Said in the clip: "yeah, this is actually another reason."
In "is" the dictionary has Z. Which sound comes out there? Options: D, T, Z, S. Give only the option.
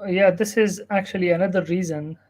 Z